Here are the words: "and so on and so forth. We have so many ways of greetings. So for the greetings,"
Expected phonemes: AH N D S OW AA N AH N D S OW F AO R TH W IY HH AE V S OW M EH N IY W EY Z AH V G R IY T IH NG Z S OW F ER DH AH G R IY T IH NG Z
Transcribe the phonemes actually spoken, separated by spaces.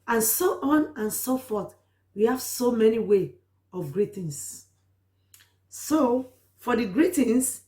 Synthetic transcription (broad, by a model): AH N S OW AA N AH N S OW F AO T W IY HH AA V S OW M EH N IY W EY AH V G R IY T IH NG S S OW F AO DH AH G R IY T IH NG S